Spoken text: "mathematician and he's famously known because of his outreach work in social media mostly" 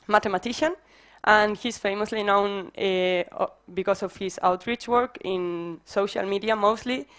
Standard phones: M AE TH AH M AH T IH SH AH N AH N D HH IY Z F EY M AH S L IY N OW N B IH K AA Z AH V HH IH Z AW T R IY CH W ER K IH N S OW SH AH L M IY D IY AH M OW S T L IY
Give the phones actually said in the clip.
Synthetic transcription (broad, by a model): M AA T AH M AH T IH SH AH N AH N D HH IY S F EY M AH S L IY N OW N B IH K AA S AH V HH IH S AW T R IY CH W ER K IH N S OW SH AH L M IY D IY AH M OW S T L IY